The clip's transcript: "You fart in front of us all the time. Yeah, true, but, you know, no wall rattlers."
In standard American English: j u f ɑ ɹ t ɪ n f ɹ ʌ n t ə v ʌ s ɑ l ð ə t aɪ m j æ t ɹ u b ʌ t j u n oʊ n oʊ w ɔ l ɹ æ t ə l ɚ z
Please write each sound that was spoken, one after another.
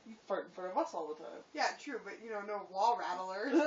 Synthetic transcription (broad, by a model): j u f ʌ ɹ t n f ʌ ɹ ə v ʌ s ɑ l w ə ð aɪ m j æ t ɹ u b ʌ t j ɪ n oʊ n oʊ w ɔ l ɹ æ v l ɚ